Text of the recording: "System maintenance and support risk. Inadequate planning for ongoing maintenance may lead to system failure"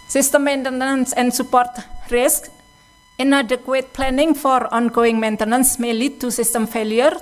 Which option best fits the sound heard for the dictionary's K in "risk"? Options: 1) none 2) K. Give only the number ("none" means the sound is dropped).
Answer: 2